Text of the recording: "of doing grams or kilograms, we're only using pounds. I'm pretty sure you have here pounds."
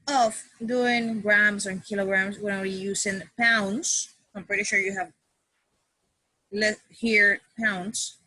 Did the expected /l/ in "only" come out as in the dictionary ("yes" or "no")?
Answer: no